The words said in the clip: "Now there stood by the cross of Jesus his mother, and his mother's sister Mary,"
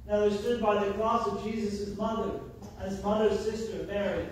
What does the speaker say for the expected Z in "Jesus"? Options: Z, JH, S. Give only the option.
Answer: Z